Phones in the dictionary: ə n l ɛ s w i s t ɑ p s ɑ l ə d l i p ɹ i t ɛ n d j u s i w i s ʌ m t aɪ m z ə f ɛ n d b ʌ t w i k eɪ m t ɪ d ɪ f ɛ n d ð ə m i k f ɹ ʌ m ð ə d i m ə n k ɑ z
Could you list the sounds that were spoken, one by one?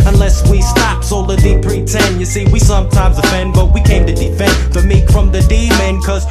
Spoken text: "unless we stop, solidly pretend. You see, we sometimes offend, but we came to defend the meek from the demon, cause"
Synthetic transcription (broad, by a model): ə n l ɛ s w i s t ɑ p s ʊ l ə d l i p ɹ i t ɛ n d j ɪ s i w i s ʌ m t aɪ m z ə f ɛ n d b ʌ t w i k eɪ m t ɪ d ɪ f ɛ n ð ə m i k f ɹ ʌ m ð ə d i m ə n k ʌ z